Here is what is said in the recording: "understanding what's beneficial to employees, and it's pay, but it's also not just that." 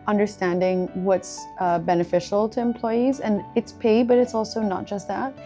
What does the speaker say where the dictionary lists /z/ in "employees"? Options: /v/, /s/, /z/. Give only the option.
/z/